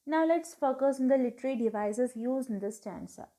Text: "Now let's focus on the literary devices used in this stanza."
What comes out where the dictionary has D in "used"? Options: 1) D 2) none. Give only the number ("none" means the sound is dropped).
2